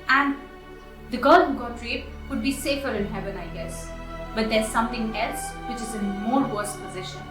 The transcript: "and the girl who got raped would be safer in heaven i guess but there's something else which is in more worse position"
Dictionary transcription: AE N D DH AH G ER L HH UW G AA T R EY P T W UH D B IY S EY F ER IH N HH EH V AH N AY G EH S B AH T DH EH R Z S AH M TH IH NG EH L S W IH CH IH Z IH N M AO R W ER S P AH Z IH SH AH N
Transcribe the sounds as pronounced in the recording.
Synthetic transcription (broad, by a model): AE N D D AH G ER L HH UW G AA T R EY T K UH D B IY S EY F ER IH N HH EH V AH N AY G EH S B AH T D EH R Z S AH M T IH NG EH L S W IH CH IH Z IH N M AO R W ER S P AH Z IH SH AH N